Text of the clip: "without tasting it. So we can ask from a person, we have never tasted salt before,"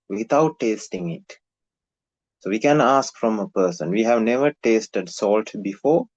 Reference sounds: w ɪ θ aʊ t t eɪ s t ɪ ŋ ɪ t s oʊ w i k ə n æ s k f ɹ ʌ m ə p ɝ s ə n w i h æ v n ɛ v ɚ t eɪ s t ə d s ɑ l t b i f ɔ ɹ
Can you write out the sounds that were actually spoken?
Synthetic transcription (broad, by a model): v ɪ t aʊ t t eɪ s t ɪ ŋ ɪ t s oʊ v i k ə n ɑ s k f ɹ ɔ m ə p ɝ s ə n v i h æ v n ɛ v ɚ t eɪ s t ə d s ɑ l t b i f ɔ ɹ